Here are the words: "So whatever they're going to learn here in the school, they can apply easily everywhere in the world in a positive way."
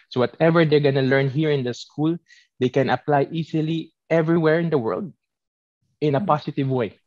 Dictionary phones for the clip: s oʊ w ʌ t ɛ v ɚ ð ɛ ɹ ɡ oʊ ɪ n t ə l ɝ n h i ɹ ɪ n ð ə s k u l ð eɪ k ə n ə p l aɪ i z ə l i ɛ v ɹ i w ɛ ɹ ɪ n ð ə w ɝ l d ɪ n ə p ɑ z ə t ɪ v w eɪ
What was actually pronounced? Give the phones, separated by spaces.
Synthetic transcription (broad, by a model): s oʊ w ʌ t ɛ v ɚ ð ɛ ɹ ɡ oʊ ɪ n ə l ɝ n h i ɹ ɪ n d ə s k u l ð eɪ k ə n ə p l aɪ i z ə l i ɛ v ɹ i w ɛ ɹ ɪ n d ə w ɝ l d ɪ n ə p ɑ s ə t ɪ v w eɪ